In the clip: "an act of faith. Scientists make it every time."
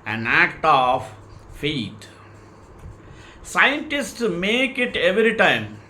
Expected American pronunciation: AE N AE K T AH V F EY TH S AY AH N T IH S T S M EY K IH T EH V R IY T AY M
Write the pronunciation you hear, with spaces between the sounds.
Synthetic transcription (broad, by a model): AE N AE K T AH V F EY T S AY AH N T IH S T S M EY K IH T EH V R IY T AY M